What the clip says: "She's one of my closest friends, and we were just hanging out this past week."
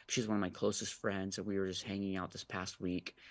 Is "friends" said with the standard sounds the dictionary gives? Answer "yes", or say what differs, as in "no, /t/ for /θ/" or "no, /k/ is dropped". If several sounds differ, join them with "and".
yes